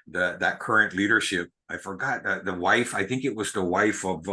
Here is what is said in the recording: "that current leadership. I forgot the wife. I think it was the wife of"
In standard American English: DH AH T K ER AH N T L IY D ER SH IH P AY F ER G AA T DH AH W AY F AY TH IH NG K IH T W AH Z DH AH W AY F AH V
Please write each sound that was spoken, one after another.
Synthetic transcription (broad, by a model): DH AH T K ER AH N T L IY D ER SH IH P AY F ER G AA T DH AH W AY F AY TH IH NG K IH T W AH Z DH AH W AY F AH V